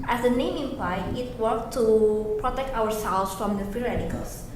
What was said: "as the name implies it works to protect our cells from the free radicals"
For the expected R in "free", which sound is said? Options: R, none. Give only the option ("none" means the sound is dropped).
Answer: none